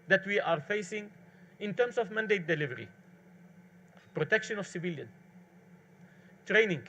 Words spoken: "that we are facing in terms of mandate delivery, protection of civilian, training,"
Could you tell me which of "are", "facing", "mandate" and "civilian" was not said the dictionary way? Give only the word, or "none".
none